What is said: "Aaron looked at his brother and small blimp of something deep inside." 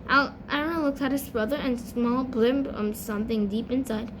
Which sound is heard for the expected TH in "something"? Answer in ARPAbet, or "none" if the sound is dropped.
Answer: TH